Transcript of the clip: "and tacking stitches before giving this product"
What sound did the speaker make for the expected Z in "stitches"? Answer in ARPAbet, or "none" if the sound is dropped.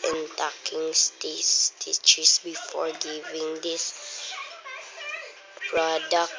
S